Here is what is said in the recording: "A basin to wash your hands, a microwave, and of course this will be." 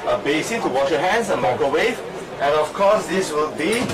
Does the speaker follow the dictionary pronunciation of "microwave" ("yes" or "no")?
no